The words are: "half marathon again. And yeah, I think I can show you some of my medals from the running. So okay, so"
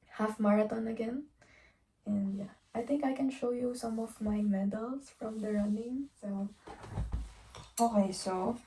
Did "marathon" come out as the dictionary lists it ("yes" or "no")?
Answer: no